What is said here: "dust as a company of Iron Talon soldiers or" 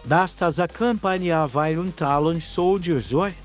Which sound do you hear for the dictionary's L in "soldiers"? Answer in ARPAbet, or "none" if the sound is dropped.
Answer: W